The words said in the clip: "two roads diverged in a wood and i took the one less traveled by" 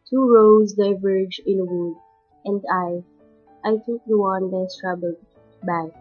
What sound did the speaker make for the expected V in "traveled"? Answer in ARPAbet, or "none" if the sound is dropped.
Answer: B